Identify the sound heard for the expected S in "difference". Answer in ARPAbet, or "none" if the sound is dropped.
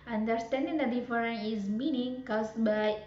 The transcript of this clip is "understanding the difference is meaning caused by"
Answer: none